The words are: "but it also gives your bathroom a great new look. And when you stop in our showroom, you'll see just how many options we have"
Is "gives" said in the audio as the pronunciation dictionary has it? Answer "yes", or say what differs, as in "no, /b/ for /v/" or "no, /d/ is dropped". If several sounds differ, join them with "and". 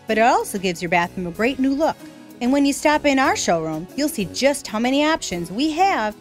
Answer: yes